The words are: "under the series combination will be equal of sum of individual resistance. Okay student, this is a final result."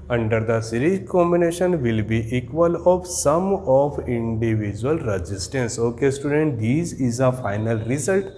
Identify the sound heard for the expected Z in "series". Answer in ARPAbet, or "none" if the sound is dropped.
none